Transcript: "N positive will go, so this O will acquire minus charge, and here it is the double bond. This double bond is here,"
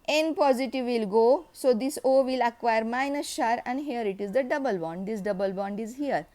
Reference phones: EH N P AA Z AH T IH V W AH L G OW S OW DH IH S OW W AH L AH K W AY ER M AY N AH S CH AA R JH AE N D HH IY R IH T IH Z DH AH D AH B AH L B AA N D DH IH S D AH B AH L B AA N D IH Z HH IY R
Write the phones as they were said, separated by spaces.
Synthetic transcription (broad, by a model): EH N P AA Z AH T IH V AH L G OW S OW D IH S OW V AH L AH K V AY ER M AY N AH S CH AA R AE N D HH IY R IH T IH Z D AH D AH B AH L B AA N D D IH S D AH B AH L B AA N D IH Z HH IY R